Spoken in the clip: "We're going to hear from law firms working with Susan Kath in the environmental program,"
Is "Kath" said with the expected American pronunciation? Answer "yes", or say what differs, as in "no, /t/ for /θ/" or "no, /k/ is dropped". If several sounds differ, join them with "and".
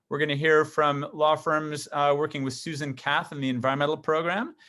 yes